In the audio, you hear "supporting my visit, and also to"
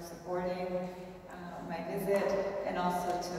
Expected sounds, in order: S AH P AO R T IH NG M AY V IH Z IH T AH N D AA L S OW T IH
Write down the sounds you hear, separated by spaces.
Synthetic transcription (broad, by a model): S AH P AO R T IH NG M AY V IH Z IH T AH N AA L S OW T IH